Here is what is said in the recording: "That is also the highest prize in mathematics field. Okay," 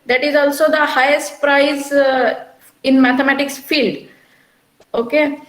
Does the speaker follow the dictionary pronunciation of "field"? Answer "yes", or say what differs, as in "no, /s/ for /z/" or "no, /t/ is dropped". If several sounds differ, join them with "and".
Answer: yes